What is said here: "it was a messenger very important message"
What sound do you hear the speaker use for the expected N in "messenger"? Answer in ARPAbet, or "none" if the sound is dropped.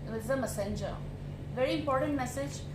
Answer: N